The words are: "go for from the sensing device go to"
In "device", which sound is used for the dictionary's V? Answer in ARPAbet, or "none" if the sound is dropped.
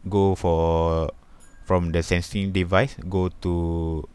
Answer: V